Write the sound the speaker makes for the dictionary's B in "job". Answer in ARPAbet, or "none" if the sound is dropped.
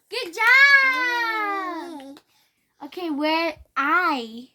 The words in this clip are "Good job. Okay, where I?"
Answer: none